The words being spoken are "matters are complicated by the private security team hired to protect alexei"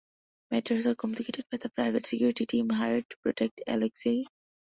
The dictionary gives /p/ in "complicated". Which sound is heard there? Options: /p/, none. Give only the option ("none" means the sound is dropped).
none